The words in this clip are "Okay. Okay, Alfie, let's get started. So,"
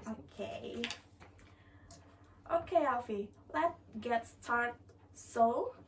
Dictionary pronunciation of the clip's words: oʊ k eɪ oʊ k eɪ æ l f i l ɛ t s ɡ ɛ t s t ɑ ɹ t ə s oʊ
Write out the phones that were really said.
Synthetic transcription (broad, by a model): oʊ k eɪ oʊ k eɪ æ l f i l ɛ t ɡ ɛ t s t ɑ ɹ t s oʊ